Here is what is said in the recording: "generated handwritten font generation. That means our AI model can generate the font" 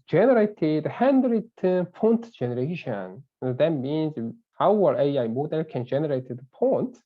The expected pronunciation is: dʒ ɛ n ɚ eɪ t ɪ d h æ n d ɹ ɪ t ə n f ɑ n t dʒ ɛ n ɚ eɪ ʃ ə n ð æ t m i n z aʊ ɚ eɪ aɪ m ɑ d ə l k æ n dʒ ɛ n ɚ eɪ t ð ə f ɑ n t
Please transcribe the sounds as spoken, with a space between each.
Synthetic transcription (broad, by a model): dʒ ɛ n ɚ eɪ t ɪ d h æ n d ɹ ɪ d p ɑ n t dʒ ɛ n ɚ eɪ ʃ ə n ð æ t m i n z aʊ ɚ eɪ aɪ m ɑ d ə l k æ n dʒ ɛ n ɚ eɪ t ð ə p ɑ n t